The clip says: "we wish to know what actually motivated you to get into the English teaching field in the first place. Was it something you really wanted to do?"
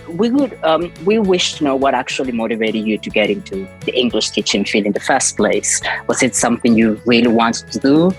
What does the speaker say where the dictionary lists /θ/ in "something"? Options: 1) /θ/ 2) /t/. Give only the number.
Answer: 1